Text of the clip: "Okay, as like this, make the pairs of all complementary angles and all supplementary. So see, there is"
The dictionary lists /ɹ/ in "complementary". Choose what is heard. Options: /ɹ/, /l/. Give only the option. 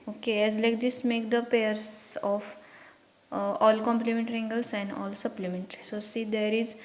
/ɹ/